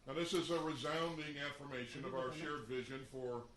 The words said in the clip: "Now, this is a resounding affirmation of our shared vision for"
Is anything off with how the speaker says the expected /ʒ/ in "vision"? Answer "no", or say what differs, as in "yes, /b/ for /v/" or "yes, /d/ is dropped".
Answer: no